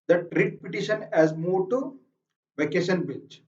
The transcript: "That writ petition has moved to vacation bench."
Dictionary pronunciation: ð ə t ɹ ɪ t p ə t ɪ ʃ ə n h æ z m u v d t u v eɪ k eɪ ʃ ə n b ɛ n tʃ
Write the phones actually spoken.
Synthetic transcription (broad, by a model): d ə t ɹ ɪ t p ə t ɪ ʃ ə n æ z m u d t u v eɪ k eɪ ʃ ə n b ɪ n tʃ